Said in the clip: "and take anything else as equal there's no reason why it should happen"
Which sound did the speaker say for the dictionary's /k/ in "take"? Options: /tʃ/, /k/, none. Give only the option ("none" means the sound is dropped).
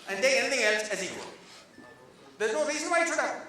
none